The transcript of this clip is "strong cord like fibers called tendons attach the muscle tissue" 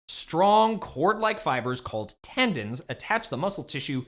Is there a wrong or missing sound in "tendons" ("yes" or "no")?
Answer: no